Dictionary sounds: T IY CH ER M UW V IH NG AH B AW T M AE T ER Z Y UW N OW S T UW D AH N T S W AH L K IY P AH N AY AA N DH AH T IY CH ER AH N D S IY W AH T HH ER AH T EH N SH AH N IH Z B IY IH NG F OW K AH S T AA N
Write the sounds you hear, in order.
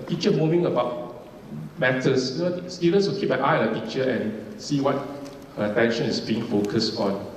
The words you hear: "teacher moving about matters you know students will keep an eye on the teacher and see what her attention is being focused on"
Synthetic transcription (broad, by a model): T IY CH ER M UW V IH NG AH B AW T M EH T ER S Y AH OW S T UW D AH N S W AH L K IY P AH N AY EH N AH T IY CH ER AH N S IY W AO T HH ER AH T EH N SH AH N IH S B IY IH NG F OW K AH S T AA N